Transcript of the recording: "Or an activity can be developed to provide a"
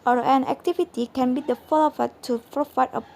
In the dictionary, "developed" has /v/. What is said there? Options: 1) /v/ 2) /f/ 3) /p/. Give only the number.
2